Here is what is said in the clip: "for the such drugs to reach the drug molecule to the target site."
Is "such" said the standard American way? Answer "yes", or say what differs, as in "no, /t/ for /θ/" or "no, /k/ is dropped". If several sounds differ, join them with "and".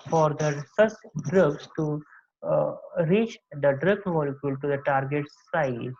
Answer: no, /s/ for /tʃ/